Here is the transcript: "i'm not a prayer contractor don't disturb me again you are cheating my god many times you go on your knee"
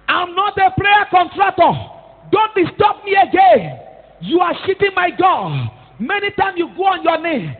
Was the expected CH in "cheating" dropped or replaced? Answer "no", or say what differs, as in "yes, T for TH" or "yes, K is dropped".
yes, SH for CH